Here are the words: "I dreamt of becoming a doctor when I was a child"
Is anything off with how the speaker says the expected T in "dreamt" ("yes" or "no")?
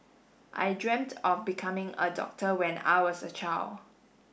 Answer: no